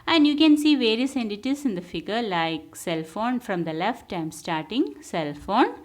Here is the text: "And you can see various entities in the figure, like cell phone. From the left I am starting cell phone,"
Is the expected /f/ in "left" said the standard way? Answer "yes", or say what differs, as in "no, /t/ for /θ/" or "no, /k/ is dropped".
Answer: yes